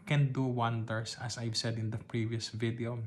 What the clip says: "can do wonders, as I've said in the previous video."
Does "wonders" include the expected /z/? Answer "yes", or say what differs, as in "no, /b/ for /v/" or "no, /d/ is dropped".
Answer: no, /s/ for /z/